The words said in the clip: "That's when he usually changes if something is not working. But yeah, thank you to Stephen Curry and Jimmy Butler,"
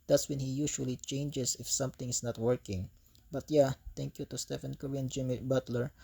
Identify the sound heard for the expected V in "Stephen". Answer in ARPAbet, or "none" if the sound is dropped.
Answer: F